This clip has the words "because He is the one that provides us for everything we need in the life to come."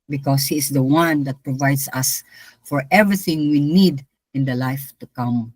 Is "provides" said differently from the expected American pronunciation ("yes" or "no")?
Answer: yes